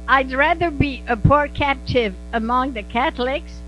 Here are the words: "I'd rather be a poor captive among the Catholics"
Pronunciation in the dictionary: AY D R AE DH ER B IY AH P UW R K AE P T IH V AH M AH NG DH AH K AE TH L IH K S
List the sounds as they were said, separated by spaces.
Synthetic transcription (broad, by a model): AY D R AE DH ER B IY AH P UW R K AE P T IH V AH M AH NG DH AH K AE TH L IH K S